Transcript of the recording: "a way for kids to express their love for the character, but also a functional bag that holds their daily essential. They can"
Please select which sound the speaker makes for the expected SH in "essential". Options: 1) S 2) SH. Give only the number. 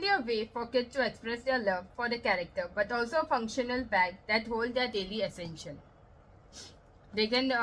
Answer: 2